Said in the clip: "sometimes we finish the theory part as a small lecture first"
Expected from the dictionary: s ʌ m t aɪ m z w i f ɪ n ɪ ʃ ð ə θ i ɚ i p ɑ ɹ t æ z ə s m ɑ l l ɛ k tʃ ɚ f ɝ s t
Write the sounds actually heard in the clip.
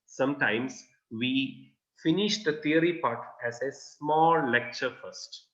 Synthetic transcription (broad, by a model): s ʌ m t aɪ m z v i f ɪ n ɪ ʃ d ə t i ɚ i p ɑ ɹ t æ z ə s m ɑ l l ɛ k tʃ ɚ f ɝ s t